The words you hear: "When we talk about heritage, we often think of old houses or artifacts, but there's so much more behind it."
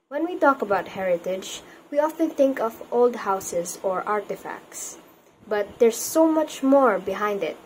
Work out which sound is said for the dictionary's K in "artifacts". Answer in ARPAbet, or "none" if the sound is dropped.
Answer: K